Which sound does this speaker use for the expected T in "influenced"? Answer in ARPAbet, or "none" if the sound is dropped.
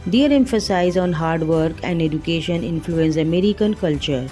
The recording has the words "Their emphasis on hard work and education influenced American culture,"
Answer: none